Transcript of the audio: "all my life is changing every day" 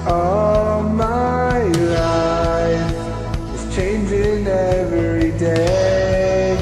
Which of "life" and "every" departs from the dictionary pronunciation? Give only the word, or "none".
life